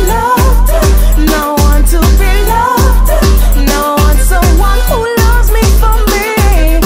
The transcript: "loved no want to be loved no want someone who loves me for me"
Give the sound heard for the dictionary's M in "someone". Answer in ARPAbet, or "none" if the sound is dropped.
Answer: none